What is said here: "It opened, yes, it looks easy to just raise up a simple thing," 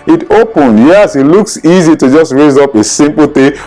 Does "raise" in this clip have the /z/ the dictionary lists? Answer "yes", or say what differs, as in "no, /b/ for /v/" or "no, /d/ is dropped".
yes